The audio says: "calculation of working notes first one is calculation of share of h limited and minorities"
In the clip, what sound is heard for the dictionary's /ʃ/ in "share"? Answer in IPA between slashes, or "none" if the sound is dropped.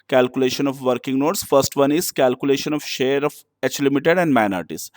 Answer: /ʃ/